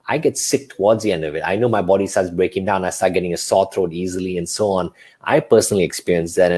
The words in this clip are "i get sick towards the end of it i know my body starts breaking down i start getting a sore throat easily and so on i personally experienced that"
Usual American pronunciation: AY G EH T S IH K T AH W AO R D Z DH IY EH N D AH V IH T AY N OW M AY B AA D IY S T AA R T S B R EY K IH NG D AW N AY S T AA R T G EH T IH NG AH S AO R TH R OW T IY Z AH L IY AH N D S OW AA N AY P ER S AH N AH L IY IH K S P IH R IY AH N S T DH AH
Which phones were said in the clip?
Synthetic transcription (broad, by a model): AY G EH T S IH K T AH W AO D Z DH IY EH N D AH V IH T AY N OW M AY B AA D IY S T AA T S B R EY K IH NG D AW N AY S T AA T G EH T IH NG AH S AO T R OW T IY Z AH L IY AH N S OW AA N AY P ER S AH N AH L IY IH K S P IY R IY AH N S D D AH